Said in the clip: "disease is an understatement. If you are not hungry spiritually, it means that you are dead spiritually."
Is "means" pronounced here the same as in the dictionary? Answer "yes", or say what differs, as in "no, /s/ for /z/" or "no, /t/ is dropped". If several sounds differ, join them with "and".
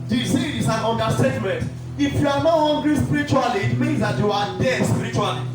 yes